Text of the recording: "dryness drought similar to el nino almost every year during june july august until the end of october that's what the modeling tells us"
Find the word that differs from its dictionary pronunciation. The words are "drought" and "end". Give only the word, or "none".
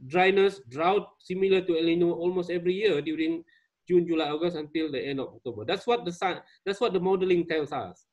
none